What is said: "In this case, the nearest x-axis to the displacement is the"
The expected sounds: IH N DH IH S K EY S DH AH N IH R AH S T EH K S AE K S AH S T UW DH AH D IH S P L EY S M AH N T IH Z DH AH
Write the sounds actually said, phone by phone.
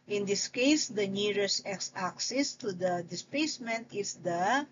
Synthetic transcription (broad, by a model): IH N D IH S K EY S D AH N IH R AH S EH K S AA K S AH S T UW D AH D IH S P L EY S M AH N T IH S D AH